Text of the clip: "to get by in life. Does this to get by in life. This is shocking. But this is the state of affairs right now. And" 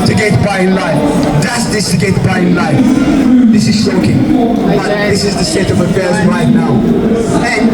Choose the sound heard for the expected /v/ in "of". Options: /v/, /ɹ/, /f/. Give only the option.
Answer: /v/